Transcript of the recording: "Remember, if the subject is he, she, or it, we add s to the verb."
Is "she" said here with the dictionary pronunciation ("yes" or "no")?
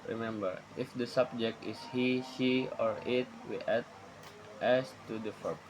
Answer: no